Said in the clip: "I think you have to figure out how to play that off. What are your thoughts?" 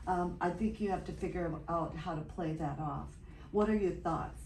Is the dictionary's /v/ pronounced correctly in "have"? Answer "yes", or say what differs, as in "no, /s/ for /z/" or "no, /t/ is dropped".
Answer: no, /f/ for /v/